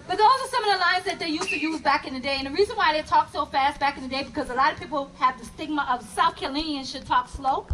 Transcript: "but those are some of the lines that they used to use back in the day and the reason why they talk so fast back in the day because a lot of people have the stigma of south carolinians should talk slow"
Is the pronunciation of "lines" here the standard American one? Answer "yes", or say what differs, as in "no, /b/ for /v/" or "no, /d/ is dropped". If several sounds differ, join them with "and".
yes